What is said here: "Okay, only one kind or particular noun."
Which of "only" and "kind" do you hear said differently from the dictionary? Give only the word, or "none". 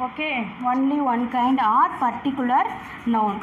none